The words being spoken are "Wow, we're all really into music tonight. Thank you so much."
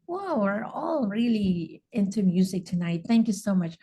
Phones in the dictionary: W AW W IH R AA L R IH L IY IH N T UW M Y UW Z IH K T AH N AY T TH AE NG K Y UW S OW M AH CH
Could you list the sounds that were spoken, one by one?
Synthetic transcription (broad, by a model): W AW W IH R AA L R IH L IY IH N T UW M Y UW Z IH K T AH N AY T TH AE NG K Y UW S OW M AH CH